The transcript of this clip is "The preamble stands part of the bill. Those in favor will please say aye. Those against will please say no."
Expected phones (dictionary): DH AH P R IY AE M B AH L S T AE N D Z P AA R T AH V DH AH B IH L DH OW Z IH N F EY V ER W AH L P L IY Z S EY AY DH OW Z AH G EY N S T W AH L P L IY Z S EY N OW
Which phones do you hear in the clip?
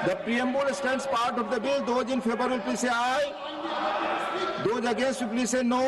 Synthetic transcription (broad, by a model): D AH P R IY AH M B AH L S T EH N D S P AA R T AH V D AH B IH L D OW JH IH N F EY B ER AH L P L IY S EY AY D OW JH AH G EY N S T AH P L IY S EY N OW